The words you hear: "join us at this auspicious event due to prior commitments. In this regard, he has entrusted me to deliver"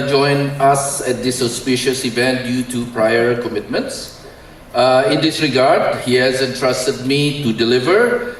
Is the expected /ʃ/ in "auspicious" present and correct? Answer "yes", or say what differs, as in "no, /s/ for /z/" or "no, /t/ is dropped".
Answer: yes